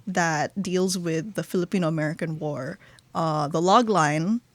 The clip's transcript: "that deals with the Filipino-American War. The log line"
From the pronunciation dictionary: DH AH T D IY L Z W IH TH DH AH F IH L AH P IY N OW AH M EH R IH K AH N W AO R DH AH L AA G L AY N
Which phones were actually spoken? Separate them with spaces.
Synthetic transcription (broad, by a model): DH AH T D IY L Z W IH DH AH F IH L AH P IY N OW AH M EH R IH K AH N W AO R DH AH L AA G L AY N